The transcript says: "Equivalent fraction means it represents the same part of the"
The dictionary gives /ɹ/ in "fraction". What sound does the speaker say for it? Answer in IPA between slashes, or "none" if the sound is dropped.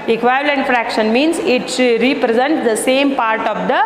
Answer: /ɹ/